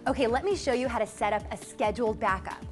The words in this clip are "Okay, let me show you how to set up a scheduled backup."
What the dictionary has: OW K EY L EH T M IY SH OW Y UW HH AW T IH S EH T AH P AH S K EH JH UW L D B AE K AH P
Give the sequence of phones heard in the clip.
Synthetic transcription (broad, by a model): OW K EY L EH T M IY SH OW Y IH HH AW T IH S EH T AH P AH S K EH JH UW L D B AE K AH P